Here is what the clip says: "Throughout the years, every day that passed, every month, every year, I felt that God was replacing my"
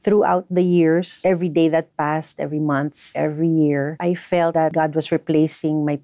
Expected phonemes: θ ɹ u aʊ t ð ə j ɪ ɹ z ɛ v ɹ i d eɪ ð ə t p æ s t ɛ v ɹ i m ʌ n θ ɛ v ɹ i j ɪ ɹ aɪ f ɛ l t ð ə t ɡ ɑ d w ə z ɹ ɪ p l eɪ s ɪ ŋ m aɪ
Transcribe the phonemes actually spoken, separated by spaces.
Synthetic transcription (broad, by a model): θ ɹ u aʊ t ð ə j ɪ ɹ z ɛ v ɹ i d eɪ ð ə t p æ s t ɛ v ɹ i m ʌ n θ ɛ v ɹ i j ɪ ɹ aɪ f ɛ l t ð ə t ɡ ɑ d w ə s ɹ ɪ p l eɪ s ɪ ŋ m aɪ